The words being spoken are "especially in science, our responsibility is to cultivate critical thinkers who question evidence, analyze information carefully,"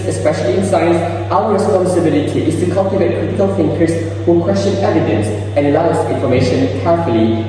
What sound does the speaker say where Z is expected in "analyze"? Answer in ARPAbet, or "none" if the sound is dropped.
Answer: S